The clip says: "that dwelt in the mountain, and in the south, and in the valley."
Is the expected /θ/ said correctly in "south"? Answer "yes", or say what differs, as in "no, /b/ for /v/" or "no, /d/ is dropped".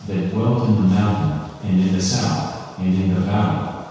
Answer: yes